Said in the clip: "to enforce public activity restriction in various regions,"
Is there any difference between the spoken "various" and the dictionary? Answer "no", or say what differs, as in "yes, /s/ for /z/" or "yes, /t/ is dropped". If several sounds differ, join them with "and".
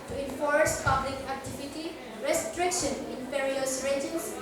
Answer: yes, /p/ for /v/